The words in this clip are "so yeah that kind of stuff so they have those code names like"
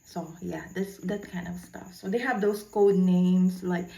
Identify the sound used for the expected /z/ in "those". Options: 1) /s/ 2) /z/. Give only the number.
1